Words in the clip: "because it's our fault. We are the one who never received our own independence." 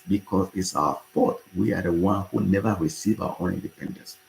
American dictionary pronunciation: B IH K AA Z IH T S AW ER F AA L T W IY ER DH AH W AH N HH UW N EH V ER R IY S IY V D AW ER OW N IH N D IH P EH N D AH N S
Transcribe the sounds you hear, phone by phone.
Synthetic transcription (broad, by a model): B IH K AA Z IH T S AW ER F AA T W IY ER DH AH W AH N HH UW N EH V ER R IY S IY V AW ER OW N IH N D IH P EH N D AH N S